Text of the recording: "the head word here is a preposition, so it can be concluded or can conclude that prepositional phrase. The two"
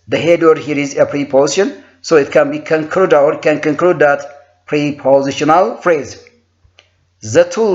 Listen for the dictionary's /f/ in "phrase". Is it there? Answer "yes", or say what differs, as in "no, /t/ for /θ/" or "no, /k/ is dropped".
yes